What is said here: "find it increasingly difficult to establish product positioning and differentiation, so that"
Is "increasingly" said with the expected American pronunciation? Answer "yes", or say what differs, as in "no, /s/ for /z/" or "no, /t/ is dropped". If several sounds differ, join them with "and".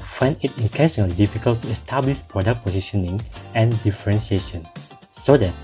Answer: no, /ŋ/ is dropped